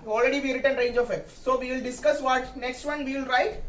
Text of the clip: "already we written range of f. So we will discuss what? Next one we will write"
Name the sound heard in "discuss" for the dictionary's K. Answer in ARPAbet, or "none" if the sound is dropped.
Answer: K